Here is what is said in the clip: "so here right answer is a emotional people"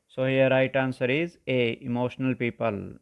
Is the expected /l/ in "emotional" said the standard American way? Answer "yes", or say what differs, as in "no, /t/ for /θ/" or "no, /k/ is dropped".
yes